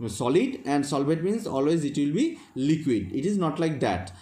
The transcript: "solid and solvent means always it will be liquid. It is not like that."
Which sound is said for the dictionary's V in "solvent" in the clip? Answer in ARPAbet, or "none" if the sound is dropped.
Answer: B